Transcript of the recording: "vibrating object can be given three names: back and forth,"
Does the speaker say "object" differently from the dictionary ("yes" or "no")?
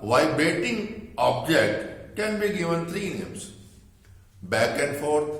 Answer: no